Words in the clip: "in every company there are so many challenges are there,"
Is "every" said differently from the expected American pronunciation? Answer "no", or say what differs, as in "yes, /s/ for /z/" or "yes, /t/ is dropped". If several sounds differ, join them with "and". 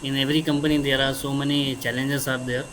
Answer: no